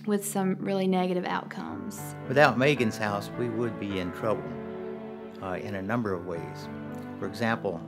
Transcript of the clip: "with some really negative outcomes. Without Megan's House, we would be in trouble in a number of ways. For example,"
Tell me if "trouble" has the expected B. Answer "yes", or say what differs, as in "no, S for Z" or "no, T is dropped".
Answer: no, B is dropped